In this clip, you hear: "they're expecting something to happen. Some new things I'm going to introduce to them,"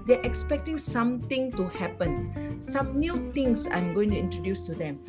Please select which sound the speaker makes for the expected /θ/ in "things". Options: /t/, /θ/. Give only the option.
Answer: /t/